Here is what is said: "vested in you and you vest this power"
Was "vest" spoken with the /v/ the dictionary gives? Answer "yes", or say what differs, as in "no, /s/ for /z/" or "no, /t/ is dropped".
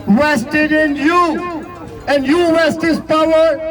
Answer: no, /w/ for /v/